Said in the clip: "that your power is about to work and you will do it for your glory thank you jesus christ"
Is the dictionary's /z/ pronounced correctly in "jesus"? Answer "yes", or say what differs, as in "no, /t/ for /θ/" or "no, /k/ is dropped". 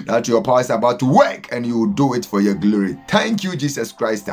no, /s/ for /z/